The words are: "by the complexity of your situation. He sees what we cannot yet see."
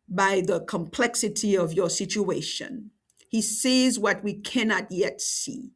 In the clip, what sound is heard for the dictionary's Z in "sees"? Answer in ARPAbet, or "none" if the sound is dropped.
Z